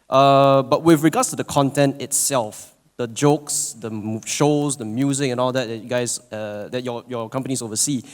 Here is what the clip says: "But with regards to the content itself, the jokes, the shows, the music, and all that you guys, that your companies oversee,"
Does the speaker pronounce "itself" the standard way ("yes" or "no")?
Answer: yes